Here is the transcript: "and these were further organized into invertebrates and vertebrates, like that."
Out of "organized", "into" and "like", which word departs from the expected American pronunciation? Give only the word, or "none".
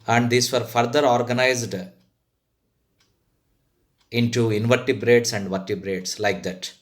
none